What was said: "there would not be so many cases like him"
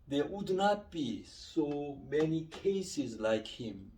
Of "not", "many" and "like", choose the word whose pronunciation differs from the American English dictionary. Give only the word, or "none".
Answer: none